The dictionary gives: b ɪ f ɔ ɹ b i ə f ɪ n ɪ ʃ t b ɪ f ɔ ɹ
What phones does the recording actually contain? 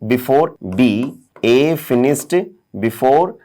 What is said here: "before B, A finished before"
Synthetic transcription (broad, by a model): b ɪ f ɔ ɹ b i ə f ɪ n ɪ s t b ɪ f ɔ ɹ